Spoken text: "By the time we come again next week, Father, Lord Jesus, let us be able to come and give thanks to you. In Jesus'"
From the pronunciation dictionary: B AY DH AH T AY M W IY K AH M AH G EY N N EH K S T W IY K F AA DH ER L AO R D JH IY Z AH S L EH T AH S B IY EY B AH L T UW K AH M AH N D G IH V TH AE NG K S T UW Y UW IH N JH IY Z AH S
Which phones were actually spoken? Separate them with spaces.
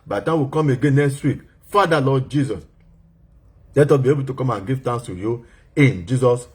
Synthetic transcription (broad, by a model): B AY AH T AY W IY K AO M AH G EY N N EH K S T W IY K F AA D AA L AO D JH IY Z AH S L EH T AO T B IY EY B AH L T UW K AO M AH N G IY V T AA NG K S T UW Y UW IH N JH IY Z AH S